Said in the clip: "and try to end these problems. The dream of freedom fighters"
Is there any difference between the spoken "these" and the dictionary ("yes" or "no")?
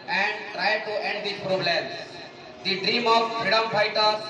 yes